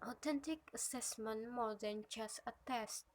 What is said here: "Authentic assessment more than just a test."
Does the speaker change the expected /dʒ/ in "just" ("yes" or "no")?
yes